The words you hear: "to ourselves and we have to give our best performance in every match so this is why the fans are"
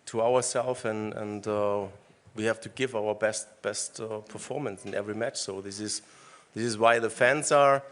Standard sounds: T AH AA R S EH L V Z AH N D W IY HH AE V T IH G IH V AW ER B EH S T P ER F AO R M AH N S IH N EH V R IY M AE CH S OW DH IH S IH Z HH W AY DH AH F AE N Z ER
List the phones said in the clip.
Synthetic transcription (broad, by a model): T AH AA R S EH L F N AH N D W IY HH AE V T IH G IH V AW ER B EH S T P ER F AO R M AH N S IH N EH V R IY M AE CH S OW DH IH S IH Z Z W AY DH AH F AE N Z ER